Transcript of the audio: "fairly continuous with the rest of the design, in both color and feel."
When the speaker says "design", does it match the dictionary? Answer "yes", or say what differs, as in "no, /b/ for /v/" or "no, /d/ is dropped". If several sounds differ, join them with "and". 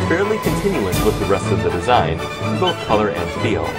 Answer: no, /n/ is dropped